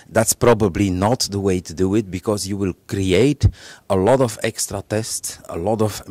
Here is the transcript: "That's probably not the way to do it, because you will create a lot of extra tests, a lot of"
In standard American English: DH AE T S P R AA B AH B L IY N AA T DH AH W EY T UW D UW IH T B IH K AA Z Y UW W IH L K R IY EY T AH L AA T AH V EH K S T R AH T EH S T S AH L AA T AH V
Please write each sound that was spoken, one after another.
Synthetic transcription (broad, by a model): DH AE T S P R AA B AH B L IY N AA T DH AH W EY T UW D UW IH T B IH K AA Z Y UW W IH L K R IY EY T AH L AA T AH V EH K S T R AH T EH S T S AH L AA T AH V